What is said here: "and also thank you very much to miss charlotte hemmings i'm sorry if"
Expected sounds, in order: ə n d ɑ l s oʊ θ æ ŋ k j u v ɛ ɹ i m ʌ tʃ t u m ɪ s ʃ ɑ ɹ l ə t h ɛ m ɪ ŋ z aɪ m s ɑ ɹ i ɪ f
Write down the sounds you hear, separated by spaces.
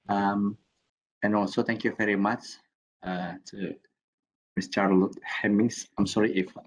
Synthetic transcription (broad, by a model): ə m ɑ n s oʊ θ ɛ ŋ k j u v ɛ ɹ i m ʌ tʃ t u m ɪ s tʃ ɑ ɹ l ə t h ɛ m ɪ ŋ s aɪ m s ɑ ɹ i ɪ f